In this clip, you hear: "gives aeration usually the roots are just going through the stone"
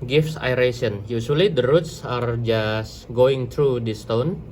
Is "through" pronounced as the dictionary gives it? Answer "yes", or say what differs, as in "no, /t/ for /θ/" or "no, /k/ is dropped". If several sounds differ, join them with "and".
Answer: no, /t/ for /θ/